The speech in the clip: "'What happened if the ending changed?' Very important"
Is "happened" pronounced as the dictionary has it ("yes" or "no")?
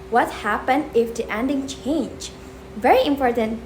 yes